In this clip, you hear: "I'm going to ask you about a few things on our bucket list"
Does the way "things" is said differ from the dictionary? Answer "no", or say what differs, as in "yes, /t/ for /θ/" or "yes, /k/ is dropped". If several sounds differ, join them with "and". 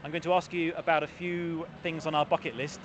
no